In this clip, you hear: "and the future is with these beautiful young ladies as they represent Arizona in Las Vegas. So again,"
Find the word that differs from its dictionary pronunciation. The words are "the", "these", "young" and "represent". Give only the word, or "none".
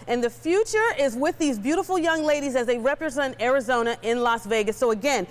none